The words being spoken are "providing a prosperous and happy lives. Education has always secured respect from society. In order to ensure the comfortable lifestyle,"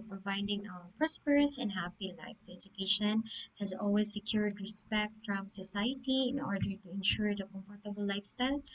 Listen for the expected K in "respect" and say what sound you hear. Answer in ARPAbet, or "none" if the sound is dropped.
K